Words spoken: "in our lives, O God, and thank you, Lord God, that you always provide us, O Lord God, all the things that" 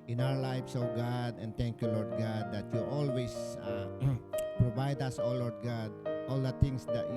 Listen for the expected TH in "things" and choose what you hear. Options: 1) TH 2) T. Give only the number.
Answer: 2